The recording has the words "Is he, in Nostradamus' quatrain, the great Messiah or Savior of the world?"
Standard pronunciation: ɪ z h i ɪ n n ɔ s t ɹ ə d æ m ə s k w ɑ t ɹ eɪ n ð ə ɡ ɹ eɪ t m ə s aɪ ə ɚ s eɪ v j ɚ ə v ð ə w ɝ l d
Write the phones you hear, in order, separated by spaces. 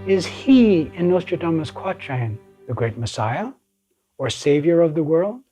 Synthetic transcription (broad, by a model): ɪ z h i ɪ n n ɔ s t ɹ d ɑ m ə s k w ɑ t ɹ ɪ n ð ə ɡ ɹ eɪ t m ə s aɪ ə ɚ s eɪ v j ɚ ə v ð ə w ɝ l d